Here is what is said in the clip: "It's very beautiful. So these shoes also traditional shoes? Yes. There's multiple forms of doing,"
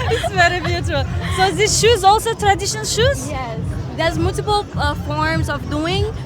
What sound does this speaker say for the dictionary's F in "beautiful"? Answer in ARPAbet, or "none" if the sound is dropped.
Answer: none